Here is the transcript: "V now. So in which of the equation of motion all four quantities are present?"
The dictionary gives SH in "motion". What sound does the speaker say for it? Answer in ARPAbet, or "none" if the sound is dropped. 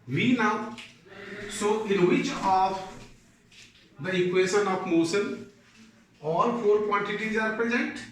S